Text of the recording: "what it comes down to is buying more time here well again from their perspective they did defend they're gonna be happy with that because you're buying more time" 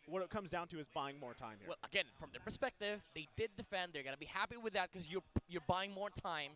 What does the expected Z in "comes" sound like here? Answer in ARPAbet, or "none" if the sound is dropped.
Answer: Z